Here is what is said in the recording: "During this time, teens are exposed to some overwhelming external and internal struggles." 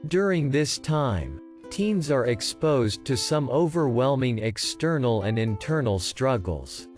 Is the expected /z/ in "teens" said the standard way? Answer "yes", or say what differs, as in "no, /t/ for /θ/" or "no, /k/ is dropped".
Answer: yes